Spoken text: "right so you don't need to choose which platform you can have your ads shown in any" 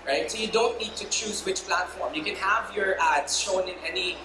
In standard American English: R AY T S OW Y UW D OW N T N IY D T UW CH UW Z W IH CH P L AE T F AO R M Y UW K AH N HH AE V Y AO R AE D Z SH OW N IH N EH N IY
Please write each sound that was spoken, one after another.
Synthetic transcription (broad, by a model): R AY T S OW Y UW D OW N T N IY D T UW CH UW Z W IH CH P L AE T F AO R M Y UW K AH N HH AE V Y AO R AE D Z SH OW N IH N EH N IY